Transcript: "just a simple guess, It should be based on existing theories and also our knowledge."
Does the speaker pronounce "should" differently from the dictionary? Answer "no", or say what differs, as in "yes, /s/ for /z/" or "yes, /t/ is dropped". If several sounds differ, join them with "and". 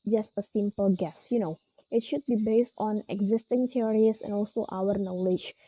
no